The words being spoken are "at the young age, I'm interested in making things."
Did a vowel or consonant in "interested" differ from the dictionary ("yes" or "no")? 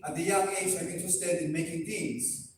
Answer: yes